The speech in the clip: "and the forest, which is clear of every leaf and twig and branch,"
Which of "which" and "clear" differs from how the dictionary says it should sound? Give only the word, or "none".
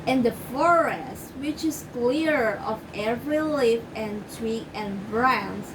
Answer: none